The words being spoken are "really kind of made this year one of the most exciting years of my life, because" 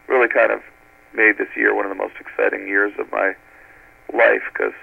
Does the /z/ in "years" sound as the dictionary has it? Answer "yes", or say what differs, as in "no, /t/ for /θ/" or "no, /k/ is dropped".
yes